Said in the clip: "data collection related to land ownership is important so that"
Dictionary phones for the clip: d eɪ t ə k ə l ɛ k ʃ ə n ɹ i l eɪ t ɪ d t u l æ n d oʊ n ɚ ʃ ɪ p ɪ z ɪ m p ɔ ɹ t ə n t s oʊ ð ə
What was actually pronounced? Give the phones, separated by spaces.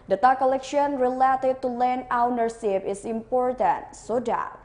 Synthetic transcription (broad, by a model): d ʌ t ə k ə l ɛ k ʃ ə n ɹ i l eɪ t ɪ d t u l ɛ n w n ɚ s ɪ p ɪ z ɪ m p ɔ ɹ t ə n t s oʊ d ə